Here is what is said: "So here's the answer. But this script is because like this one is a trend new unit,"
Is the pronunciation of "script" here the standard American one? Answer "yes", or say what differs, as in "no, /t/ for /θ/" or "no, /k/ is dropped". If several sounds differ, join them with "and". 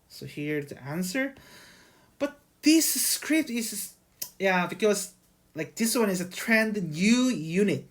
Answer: yes